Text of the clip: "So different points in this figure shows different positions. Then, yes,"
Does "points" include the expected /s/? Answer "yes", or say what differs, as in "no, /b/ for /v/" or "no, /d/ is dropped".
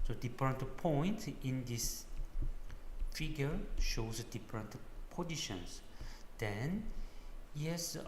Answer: no, /s/ is dropped